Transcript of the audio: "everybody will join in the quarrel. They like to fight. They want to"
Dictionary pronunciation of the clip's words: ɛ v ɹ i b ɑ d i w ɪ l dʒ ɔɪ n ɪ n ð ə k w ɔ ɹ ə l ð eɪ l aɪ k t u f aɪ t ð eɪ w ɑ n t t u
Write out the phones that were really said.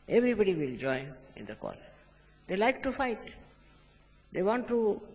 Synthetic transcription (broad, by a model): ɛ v ɹ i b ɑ d i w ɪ l dʒ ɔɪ ɪ n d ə k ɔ l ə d eɪ l aɪ k t u f aɪ t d eɪ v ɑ n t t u